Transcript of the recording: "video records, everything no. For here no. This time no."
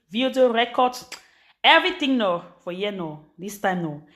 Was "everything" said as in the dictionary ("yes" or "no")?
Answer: no